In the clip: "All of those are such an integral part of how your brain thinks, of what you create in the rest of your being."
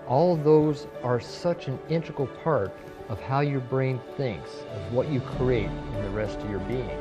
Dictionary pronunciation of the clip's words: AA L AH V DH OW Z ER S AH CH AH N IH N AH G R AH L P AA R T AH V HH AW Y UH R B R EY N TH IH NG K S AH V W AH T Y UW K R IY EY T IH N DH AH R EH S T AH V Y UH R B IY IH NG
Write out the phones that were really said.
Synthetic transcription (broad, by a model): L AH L DH OW Z ER S AH CH AH N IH N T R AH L P AA R T AH V HH AW Y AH R B R EY N TH IH NG K S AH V W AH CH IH K R IY EY T IH N DH AH R EH S T AH V Y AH R B IY IH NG